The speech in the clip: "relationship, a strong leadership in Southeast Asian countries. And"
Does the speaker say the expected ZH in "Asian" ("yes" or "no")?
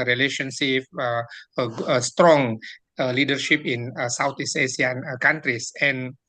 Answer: no